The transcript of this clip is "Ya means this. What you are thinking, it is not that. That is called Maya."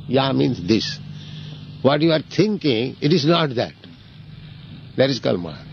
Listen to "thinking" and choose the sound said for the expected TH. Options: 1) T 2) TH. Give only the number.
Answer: 1